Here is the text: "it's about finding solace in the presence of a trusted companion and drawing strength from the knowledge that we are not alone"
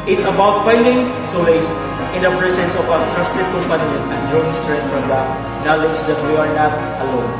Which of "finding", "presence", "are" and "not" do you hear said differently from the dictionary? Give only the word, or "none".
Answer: presence